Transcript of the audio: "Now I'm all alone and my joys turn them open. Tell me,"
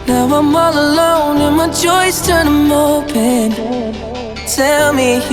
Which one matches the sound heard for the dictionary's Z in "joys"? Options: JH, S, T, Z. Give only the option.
S